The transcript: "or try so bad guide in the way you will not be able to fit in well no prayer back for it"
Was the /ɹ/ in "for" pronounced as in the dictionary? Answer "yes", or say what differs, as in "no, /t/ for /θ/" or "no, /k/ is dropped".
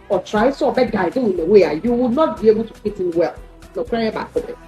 no, /l/ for /ɹ/